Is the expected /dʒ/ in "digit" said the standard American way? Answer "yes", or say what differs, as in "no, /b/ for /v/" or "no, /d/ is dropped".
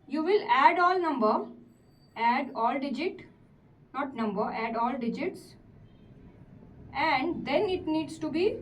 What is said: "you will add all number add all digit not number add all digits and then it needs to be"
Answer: yes